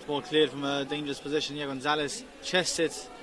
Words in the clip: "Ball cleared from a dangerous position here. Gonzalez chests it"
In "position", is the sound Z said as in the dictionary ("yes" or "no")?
yes